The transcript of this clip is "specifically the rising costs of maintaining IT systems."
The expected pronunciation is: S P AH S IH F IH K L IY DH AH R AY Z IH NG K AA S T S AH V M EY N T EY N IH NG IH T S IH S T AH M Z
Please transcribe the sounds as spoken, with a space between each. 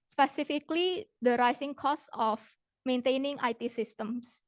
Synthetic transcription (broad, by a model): S P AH S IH F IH K L IY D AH R AY S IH NG K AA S S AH F M EY N T EY N IH NG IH T S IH S T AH M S